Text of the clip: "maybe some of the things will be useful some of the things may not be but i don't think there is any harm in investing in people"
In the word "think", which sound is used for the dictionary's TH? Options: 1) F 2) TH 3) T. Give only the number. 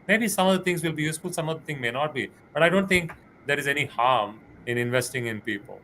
3